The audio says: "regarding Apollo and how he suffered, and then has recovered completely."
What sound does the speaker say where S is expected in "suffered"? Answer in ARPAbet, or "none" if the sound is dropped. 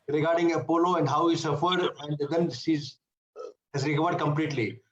S